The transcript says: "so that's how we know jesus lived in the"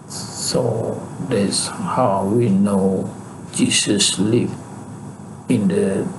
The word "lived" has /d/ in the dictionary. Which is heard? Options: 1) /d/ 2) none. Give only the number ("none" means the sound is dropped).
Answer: 2